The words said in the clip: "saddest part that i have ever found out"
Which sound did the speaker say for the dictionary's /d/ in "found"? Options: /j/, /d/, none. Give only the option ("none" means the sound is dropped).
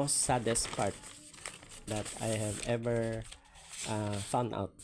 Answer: none